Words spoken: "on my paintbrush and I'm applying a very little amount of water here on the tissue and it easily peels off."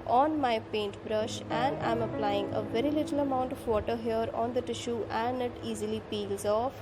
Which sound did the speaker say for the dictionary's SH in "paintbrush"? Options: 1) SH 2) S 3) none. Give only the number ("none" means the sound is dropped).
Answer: 1